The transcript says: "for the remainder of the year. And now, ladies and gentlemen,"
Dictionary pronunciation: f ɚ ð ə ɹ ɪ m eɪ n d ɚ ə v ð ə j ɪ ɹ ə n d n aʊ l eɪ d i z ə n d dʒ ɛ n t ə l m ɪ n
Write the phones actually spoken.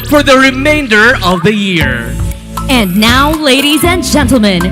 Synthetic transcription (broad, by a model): f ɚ ð ə ɹ ɪ m eɪ n d ɚ ə v ð ə j ɪ ɹ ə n n aʊ l eɪ d i z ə n dʒ ɛ n t l m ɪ n